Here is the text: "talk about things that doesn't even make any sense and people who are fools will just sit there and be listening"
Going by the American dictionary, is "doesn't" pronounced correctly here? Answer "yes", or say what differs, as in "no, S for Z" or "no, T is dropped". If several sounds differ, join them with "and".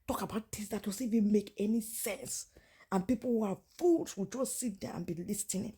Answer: no, N is dropped